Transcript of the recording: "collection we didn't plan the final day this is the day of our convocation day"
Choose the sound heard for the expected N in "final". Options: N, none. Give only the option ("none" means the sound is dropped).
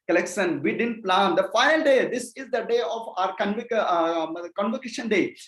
none